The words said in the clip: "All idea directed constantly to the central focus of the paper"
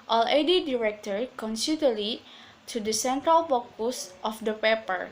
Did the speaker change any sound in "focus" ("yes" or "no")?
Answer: yes